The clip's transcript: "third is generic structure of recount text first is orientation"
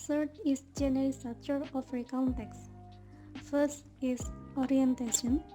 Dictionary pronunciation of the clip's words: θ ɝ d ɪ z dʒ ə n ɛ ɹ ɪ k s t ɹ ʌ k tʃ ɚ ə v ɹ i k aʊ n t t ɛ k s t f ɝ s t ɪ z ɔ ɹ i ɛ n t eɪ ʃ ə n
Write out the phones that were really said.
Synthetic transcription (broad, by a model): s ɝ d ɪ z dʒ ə n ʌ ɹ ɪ s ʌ tʃ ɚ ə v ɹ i k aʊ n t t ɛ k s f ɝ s t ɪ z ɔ ɹ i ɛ n t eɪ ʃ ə n